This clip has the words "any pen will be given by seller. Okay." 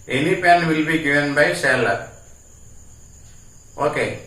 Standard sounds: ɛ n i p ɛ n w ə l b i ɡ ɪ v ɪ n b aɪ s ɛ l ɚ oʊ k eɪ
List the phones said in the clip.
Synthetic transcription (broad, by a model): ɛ n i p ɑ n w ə l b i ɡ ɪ ɪ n b aɪ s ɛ l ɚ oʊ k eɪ